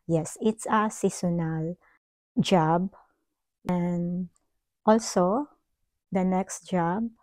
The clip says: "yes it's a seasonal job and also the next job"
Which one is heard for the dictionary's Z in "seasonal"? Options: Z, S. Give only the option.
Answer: S